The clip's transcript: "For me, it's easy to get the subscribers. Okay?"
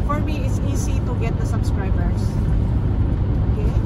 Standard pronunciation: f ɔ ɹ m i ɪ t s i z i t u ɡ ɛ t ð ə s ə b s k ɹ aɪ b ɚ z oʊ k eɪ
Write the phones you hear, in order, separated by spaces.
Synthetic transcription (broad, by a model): f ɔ ɹ m i ɪ t s i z i t u ɡ ɛ t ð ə s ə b s k ɹ aɪ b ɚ s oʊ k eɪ